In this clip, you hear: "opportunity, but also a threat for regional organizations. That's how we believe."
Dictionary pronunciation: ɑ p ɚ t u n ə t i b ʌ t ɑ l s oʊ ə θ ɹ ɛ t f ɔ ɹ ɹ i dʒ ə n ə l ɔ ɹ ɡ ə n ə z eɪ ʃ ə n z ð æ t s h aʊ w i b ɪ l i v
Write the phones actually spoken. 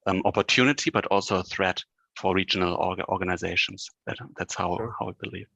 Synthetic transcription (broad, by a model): ɑ p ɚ t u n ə t i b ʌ t ɑ l s oʊ ə θ ɹ ɛ t f ɔ ɹ ɹ i dʒ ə n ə l ɔ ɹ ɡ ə n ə z eɪ ʃ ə n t ð æ t s h aʊ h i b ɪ l i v